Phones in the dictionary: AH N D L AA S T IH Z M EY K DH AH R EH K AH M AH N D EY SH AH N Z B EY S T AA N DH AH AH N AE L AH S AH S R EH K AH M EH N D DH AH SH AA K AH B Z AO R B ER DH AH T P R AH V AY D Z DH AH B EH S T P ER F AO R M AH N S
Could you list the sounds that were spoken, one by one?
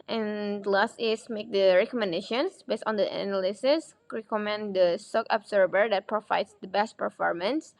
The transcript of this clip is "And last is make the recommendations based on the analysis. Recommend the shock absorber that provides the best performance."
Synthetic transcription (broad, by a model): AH N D L AA S T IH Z M EY K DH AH R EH K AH M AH N D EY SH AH N S B EY S T AA N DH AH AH N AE L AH S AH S R EH K AH M EH N D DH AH S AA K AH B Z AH R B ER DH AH T P R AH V AY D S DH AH B EH S T P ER F AO R M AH N S